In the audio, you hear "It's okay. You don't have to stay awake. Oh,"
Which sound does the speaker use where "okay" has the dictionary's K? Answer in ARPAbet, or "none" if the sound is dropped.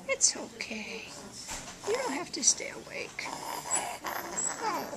K